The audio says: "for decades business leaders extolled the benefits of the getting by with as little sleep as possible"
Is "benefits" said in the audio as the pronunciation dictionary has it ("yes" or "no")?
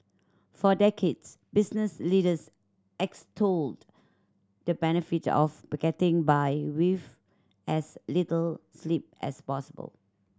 no